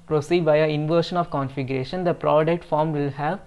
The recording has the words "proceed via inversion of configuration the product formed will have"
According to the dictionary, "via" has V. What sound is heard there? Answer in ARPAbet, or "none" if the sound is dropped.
B